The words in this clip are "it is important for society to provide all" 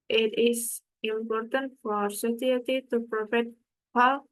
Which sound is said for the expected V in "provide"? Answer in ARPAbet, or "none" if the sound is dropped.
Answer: F